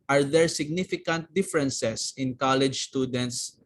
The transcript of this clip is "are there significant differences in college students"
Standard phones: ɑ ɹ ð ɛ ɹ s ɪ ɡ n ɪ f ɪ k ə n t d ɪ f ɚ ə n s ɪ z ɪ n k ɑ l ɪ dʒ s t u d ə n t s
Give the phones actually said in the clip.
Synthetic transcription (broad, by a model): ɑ ɹ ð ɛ ɹ s ɪ ɡ n ɪ f ɪ k ə n t d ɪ f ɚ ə n s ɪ s ɪ n k ɑ l ɪ dʒ s t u d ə n t s